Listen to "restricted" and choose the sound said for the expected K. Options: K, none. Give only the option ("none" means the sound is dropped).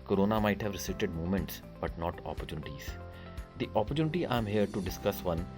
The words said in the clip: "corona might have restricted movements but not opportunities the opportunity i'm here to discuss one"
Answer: none